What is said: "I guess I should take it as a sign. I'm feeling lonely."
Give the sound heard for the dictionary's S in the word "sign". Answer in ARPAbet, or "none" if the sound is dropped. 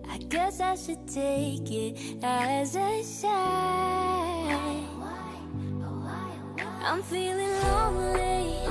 SH